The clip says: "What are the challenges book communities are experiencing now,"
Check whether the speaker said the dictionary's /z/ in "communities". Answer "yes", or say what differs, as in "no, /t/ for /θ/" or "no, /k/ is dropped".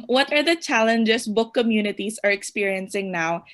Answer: no, /s/ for /z/